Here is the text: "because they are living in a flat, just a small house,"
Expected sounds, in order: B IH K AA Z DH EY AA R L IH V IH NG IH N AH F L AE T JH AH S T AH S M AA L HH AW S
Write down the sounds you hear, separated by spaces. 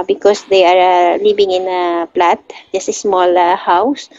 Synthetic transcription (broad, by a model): B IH K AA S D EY AA R L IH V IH NG IH N AH P L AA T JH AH S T AH S M AA L HH AW S